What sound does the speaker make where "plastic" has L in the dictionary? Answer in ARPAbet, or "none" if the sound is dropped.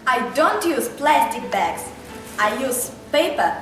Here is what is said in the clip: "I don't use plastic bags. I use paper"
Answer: L